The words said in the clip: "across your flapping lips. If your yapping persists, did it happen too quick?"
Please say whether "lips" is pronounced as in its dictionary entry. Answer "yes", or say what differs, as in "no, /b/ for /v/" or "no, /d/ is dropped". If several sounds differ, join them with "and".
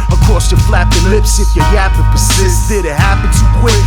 yes